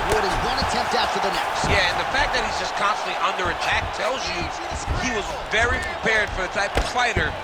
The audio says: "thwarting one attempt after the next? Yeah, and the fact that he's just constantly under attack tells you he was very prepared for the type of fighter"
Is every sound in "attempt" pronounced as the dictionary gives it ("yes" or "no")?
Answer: yes